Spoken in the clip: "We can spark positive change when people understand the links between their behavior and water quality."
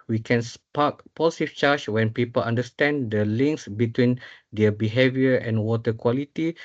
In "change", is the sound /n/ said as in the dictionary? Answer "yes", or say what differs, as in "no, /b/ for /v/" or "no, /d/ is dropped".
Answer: no, /n/ is dropped